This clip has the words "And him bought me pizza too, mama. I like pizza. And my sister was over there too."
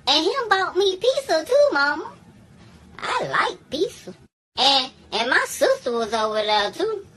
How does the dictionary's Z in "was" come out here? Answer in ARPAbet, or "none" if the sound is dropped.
Z